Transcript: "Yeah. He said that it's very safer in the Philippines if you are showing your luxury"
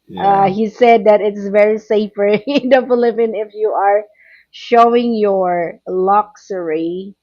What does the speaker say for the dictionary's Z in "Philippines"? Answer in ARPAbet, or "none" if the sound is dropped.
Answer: none